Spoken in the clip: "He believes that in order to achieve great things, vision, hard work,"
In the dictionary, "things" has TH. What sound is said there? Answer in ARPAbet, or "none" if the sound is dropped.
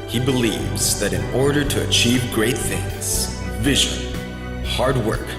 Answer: TH